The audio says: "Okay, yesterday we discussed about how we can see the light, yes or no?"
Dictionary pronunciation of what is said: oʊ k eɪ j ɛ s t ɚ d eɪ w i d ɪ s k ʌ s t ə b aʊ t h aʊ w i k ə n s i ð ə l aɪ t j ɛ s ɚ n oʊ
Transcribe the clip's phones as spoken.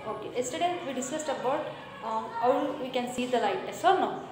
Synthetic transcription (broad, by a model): oʊ k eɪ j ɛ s t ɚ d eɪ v i d ɪ s k ʌ s t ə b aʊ t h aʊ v i k ə n s i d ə l aɪ t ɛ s ɚ n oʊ